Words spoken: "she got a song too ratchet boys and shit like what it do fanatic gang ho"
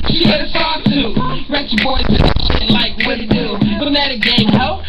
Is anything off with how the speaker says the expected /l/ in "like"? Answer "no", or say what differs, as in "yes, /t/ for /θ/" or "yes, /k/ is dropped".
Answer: no